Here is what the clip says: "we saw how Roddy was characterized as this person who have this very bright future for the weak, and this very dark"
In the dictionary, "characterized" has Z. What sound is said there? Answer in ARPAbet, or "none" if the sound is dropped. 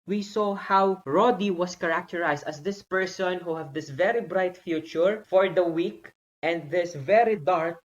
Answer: S